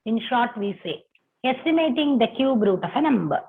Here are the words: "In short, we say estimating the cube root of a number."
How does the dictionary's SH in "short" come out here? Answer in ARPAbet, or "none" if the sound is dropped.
SH